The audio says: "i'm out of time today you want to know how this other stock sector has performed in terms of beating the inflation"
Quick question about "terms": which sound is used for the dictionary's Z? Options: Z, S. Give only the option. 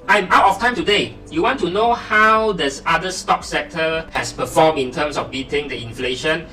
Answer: S